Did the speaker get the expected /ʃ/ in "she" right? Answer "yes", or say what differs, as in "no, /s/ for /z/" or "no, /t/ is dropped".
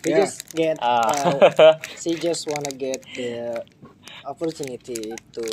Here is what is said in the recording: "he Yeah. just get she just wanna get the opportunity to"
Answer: no, /s/ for /ʃ/